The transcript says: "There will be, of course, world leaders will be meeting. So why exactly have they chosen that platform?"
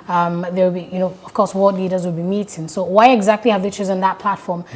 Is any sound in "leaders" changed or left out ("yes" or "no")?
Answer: no